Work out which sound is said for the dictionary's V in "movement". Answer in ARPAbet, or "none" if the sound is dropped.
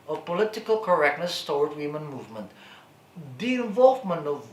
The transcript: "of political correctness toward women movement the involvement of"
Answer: V